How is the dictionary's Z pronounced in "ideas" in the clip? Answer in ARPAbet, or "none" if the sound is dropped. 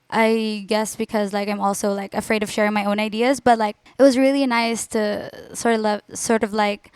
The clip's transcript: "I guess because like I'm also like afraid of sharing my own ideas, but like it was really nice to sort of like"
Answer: Z